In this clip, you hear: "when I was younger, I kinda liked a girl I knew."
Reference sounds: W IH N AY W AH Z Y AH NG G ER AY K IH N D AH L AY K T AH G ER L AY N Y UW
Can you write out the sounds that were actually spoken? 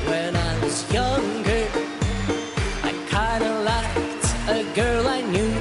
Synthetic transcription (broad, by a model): W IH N AY W AH Z Y AH NG G ER AY K IH N D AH L AY K T AH G ER L AY N Y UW